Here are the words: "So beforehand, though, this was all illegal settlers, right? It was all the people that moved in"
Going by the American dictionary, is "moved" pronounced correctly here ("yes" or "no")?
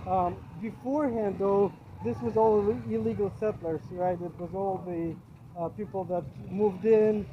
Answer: yes